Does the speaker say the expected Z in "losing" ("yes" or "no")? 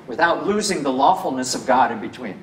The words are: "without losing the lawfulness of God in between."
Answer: yes